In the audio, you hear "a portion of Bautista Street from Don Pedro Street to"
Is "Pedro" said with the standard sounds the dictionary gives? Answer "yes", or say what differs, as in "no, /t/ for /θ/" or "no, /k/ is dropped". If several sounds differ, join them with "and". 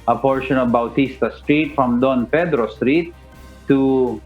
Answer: no, /f/ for /p/